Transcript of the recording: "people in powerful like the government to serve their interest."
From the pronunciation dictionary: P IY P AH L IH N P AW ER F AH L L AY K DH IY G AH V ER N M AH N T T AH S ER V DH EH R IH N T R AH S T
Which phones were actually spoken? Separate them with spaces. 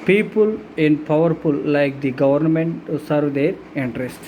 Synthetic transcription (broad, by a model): P IY P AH L IH N P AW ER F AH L L AY K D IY G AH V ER N M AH N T S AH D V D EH R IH N T R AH S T